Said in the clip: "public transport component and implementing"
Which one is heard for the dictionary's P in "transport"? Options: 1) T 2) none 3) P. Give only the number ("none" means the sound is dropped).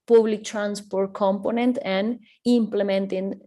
3